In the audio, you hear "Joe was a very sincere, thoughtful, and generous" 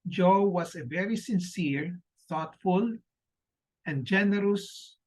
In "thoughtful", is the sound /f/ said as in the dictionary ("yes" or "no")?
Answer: yes